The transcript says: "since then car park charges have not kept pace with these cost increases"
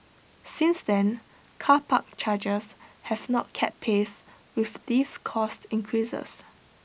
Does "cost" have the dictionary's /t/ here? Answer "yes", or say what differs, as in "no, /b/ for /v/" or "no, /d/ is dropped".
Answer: yes